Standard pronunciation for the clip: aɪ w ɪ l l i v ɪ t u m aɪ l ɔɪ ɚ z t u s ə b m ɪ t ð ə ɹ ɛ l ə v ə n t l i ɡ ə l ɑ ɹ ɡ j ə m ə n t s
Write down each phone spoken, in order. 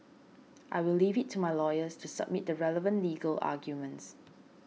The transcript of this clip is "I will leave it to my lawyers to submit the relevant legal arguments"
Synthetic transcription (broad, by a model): aɪ w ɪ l l i v ɪ t u m aɪ l ɔɪ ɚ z t u s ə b m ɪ t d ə ɹ ɛ l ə v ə n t l i ɡ ə l ɑ ɡ j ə m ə n t s